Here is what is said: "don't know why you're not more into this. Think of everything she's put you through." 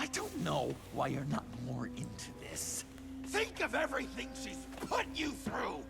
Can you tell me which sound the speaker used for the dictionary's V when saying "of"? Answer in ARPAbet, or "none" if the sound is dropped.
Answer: V